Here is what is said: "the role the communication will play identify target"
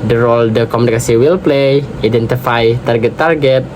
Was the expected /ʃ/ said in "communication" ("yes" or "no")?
no